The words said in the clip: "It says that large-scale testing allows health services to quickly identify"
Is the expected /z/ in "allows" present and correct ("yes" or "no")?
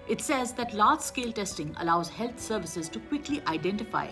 yes